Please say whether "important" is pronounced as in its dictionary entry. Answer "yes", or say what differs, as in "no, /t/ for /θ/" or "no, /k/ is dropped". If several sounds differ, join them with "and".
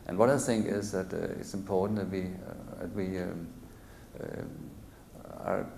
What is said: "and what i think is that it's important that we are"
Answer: no, /n/ is dropped